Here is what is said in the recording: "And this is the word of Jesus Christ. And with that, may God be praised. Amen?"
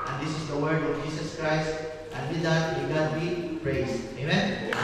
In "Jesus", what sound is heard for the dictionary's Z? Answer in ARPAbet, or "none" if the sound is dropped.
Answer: S